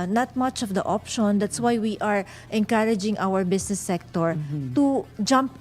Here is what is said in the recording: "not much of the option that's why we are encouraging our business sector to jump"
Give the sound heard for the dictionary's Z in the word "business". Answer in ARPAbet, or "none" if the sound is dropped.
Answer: S